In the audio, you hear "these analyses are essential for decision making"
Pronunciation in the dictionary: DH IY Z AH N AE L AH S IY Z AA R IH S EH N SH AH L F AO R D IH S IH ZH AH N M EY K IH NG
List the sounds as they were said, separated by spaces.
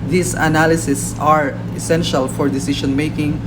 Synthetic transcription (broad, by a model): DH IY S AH N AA L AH S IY S AA R IH S EH N SH AH L F AO R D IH S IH SH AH N M EY K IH NG